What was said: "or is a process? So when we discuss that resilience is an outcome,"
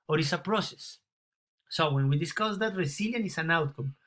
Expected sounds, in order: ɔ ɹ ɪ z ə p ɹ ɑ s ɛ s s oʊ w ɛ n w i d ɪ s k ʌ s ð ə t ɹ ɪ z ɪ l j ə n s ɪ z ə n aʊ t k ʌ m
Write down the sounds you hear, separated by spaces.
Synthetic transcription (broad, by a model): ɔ ɹ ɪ s ə p ɹ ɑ s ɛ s s oʊ w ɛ n w i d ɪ s k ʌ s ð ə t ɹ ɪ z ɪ l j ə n ɪ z ə n aʊ t k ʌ m